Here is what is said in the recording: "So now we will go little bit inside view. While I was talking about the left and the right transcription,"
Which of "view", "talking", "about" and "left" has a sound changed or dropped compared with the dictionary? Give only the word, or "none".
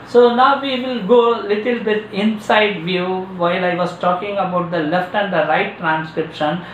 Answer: none